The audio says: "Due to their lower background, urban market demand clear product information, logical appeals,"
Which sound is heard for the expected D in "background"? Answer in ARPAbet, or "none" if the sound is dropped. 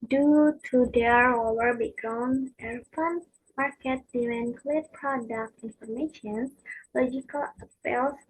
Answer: none